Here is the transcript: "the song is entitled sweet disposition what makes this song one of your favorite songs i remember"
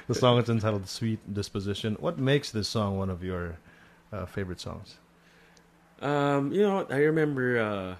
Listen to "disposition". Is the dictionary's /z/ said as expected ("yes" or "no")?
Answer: yes